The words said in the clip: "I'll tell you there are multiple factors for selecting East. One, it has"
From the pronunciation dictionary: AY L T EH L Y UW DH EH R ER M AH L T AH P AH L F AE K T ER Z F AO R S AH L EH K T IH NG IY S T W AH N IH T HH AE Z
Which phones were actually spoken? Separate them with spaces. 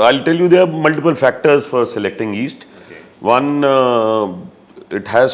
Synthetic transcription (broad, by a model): AY L T EH L Y UW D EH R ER M AH L T AH P AH L F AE K T ER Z F AO R S AH L EH K T IH NG IY S T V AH N IH T HH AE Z